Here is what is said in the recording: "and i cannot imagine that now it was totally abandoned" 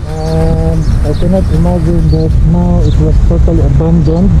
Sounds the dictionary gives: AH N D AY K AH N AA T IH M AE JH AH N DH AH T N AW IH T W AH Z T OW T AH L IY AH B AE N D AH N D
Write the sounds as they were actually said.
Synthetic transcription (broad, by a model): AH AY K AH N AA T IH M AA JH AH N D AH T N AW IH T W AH S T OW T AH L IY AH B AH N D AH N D